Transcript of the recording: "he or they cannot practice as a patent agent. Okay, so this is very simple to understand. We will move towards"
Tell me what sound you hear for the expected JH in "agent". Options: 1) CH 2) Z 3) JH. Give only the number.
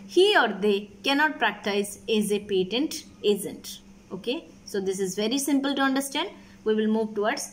2